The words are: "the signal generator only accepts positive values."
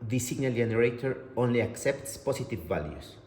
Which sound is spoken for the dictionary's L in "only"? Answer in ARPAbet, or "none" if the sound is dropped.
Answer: L